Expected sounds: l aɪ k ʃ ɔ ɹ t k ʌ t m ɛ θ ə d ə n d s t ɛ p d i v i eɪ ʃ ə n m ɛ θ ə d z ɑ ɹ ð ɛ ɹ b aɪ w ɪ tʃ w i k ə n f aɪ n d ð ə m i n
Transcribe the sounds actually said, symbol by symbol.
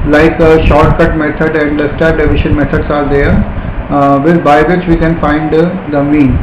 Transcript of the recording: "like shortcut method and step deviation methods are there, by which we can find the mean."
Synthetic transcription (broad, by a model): l aɪ k ʃ ɔ ɹ t k ʌ t m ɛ t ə d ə n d s t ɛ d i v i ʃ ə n m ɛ t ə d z ɑ ɹ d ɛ ɹ b aɪ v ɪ tʃ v i k ə n f aɪ n d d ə m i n